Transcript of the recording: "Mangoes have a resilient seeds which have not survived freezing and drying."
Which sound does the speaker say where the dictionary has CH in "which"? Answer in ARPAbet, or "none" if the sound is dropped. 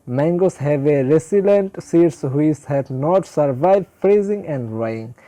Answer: S